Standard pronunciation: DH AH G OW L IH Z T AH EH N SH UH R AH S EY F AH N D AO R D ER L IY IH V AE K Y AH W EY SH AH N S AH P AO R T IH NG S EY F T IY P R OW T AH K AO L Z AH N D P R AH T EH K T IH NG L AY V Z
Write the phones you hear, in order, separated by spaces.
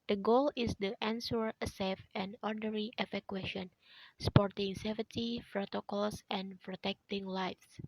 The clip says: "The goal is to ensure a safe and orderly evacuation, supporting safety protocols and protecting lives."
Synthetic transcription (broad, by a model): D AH G OW L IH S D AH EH N S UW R AH S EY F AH N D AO R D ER IY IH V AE K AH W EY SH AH N S AH P AO R T IH NG S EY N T IY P R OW T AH K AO L S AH N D P R AH T EH K T IH NG L AY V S